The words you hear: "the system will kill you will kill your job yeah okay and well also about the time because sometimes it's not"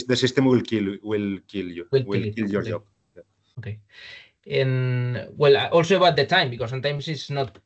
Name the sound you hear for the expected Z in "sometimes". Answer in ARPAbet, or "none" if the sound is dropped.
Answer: S